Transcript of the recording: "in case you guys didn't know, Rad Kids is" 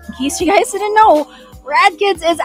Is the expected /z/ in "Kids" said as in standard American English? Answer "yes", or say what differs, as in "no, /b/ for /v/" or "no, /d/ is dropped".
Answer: yes